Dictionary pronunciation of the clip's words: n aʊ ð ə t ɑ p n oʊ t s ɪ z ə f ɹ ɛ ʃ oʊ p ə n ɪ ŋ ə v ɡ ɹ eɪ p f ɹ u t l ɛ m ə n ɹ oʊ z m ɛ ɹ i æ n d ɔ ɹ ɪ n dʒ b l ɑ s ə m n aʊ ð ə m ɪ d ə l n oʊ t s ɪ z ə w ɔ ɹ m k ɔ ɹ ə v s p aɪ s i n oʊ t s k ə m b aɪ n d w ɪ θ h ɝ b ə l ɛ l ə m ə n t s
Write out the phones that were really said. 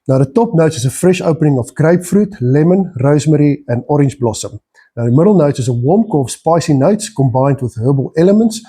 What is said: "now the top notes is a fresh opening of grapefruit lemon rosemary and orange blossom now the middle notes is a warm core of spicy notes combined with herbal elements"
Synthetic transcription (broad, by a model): n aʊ ð ə t ɑ p n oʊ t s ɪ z ə f ɹ ɛ ʃ oʊ p ə n ɪ ŋ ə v ɡ ɹ eɪ p f ɹ u t l ɛ m ə n ɹ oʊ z m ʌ ɹ i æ n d ɔ ɹ ɪ n dʒ b l ɑ s ə m n aʊ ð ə m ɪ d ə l n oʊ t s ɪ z ə w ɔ m k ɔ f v s p aɪ s i n oʊ t s k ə m b aɪ n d w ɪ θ h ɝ b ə l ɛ l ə m ə n t s